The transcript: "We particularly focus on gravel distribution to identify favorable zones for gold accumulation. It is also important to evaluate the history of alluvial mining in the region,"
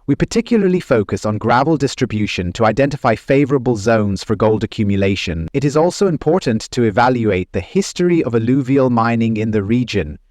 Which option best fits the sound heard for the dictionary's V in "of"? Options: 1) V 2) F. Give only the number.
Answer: 1